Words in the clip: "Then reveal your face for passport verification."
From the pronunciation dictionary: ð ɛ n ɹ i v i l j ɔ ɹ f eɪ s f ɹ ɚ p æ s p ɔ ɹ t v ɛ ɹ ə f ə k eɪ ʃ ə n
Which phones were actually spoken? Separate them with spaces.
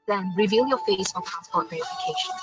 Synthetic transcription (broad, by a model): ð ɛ n ɹ i v i l j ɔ f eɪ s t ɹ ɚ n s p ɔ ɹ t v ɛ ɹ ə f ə k eɪ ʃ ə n